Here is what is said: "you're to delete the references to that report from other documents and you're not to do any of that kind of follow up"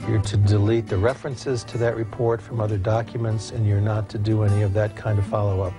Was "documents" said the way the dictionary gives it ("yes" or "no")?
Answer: yes